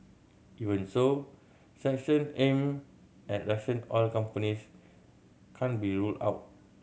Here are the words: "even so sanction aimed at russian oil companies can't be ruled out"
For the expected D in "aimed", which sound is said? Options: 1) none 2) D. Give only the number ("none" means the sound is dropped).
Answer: 1